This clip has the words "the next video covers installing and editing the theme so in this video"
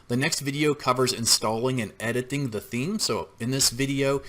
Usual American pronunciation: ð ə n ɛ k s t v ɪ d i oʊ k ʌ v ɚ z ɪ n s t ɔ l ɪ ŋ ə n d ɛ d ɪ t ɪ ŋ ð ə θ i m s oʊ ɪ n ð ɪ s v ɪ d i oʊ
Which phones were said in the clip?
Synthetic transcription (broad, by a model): ð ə n ɛ k s t v ɪ d i oʊ k ʌ v ɚ z ɪ n s t ɔ l ɪ ŋ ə n ɛ d ɪ t ɪ ŋ ð ə θ i m s oʊ ɪ n ð ɪ s v ɪ d i oʊ